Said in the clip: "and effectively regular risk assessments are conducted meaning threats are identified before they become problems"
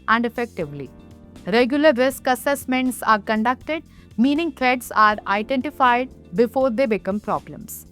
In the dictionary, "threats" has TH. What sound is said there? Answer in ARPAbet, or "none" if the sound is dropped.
T